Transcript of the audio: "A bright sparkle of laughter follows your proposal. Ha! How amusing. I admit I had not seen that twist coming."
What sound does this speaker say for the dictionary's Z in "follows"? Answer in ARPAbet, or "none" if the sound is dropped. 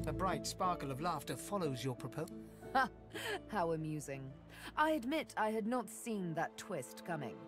Z